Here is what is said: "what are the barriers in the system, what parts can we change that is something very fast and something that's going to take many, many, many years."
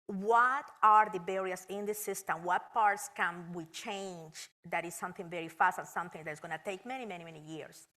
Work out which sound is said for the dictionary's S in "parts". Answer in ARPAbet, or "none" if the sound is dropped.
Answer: S